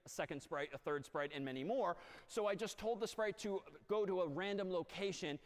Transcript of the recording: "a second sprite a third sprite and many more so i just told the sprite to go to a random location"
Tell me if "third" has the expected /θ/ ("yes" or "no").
yes